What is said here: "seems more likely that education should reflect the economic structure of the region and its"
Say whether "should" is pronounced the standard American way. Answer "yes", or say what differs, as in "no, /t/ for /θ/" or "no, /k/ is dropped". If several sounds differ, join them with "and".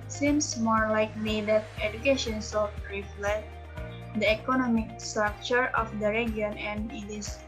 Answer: no, /s/ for /ʃ/